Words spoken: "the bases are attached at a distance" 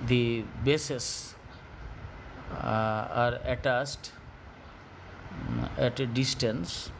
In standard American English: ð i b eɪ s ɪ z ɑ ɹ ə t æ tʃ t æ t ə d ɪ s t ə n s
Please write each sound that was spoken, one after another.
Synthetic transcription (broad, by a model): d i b eɪ s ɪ s ɑ ɹ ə t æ s t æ t d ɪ s t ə n s